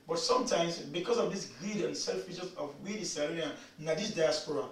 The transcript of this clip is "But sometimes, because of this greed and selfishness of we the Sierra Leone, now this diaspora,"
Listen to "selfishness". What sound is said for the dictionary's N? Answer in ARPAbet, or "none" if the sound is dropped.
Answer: none